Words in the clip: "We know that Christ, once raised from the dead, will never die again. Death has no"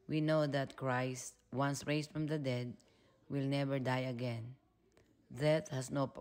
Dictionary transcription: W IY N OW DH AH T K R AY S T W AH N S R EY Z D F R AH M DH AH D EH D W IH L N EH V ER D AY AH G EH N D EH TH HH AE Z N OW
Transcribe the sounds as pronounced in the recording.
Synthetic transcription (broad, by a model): W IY N OW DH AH T K R AY S T W AH N S R EY S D F R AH M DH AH D EH D W IH L N EH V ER D AY AH G EH N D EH T HH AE S N OW